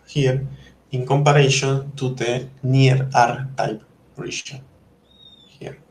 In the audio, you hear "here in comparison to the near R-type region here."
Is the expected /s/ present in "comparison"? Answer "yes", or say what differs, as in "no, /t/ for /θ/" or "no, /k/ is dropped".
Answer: no, /ʃ/ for /s/